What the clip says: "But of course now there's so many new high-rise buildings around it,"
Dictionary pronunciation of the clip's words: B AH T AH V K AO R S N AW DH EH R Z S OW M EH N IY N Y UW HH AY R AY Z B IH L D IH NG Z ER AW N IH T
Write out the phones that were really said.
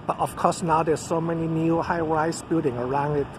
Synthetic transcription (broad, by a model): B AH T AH F K AO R S N AW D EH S S OW M EH N IY N Y UW HH AY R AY S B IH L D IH NG ER AW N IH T